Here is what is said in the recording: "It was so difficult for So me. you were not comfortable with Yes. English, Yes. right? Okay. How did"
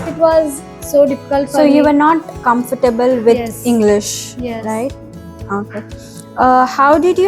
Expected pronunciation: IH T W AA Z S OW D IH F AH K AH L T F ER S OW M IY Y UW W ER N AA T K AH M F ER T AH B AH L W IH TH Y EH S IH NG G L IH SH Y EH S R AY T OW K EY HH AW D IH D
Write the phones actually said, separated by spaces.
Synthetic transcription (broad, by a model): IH T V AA Z S OW D IH F AH K AH L T S OW Y UW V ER N AA T K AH M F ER T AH B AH L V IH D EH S IH NG G L IH SH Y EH R AY T OW K EY HH AW D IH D